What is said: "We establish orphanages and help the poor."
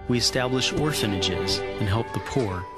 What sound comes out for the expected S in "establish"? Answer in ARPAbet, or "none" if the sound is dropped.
S